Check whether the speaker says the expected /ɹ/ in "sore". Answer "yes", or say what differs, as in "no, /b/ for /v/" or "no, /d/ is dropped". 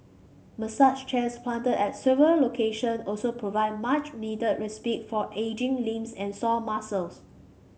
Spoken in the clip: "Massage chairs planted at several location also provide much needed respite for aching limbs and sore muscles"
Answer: no, /l/ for /ɹ/